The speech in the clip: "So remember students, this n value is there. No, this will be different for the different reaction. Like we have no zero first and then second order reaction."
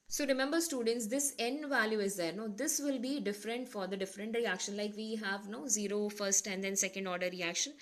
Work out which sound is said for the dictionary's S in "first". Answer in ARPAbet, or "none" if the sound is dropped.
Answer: S